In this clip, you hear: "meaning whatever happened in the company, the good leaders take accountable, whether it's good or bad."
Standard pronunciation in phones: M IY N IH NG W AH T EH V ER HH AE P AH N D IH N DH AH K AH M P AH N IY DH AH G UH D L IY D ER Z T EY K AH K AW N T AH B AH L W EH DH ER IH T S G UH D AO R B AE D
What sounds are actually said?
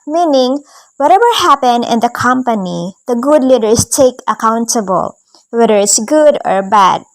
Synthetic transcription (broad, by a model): M IY N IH NG W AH T EH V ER HH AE P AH N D IH N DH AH K AH M P AH N IY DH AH G UH D L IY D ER S T EY K AH K AW N T AH B AH L W EH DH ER IH T S G UH D AO R B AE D